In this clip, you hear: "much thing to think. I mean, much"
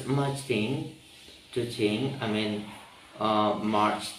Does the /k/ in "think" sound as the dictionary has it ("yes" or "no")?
no